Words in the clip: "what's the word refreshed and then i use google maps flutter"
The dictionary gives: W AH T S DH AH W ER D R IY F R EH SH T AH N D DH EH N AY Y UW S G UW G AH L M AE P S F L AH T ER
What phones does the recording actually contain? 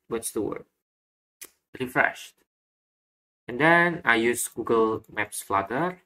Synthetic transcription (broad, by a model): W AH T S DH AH W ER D R IY F R EH SH T AH N D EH N AY Y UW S G UW G AH L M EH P S F L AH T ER